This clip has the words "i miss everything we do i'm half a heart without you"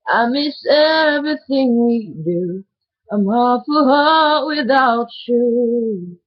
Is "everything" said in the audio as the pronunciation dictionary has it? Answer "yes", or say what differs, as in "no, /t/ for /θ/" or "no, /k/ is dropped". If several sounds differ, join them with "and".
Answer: yes